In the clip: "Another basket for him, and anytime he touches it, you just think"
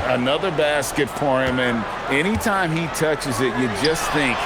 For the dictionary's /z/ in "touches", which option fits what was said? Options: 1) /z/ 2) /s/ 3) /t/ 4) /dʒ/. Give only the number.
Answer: 1